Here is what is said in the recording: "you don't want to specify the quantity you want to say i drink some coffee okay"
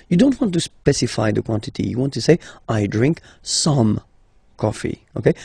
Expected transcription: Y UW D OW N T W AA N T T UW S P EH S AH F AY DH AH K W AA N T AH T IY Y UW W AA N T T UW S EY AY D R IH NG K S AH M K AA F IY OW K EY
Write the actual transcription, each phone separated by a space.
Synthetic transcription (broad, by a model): Y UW D OW N T W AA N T T UW S P EH S AH F AY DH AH K W AA N T AH T IY Y UW W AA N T T UW S EY AY D R IH NG K S AH M K AA F IY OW K EY